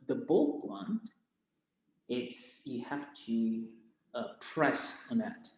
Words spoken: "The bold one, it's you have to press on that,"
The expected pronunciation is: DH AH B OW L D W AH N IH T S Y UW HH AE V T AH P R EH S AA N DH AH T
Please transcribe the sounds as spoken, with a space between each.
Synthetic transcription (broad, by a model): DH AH B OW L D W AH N IH T S Y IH HH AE F T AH P R EH S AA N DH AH T